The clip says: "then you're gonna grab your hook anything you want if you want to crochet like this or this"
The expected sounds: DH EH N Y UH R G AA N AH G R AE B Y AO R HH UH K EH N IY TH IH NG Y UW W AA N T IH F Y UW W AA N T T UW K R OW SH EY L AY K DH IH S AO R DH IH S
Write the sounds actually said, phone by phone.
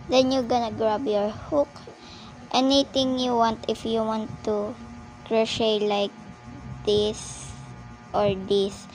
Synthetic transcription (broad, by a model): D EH N Y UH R G AA N AH G R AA B Y AO R HH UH K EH N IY T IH NG Y UW W AA N T IH F Y UW W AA N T T UW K R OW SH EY L AY K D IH S AO R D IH S